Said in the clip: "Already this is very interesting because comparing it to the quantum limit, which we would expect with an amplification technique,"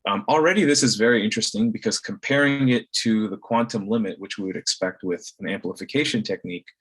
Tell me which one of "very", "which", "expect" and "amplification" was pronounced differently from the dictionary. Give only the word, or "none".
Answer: none